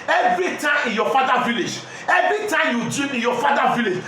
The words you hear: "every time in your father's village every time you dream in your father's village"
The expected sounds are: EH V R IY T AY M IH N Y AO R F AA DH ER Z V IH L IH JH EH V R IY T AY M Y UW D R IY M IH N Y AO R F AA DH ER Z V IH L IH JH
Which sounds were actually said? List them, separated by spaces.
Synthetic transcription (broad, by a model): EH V R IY T AY M IH N Y AO F AA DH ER V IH L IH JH EH V R IY T AY M Y UW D IY IH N Y AO F AA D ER V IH L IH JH